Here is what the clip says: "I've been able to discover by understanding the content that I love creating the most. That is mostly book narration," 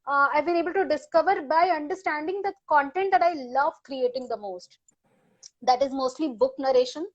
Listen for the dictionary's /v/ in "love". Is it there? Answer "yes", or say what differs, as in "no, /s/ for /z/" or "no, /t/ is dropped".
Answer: yes